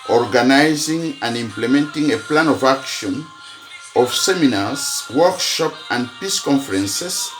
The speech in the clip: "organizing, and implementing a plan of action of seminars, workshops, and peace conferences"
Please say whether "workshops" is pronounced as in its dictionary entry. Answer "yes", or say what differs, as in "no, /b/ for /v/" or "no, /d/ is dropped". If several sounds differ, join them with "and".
no, /s/ is dropped